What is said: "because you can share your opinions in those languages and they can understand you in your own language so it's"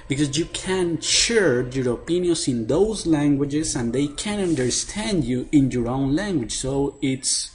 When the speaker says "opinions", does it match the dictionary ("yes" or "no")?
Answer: no